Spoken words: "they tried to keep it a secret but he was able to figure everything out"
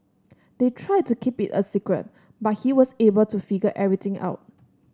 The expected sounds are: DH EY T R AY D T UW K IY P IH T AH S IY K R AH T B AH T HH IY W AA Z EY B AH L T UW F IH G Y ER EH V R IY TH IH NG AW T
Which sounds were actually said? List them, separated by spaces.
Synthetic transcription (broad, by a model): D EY T R AY D T UW K IY P IH T AH S IY K R AH T B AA T HH IY W AA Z EY B AH L T UW F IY G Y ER EH R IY T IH NG AW T